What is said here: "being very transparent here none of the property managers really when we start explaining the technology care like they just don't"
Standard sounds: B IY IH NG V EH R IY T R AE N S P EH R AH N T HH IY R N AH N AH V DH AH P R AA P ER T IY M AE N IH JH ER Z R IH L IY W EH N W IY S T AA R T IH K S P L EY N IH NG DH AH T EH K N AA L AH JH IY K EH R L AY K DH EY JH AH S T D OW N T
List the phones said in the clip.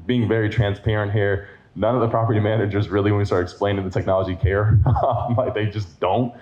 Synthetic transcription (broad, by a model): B IY IH NG V EH R IY T R AE N S P EH R AH N T HH IY R N AH N AH V DH AH P R AA P ER T IY M AE N IH JH ER Z R IH L IY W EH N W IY S T AA R T IH K S P L EY N IH NG DH AH T EH K N AA L AH JH IY K EH R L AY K DH EY JH AH S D OW N T